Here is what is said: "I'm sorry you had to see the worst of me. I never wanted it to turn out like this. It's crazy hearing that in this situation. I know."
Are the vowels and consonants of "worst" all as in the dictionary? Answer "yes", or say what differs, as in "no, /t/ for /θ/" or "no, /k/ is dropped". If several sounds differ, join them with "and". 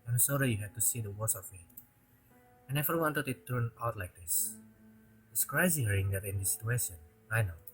no, /t/ is dropped